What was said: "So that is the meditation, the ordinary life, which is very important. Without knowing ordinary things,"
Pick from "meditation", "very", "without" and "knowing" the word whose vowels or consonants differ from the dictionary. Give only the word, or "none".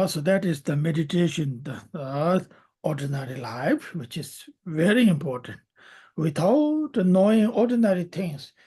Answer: without